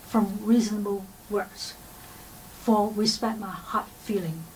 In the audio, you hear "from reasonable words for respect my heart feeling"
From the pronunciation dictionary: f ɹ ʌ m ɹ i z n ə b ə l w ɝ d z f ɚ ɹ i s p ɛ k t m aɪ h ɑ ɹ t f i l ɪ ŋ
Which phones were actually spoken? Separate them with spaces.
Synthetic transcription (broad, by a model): f ɹ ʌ m ɹ i z n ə b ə l w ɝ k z f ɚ w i s p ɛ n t m aɪ h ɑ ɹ t f i l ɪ ŋ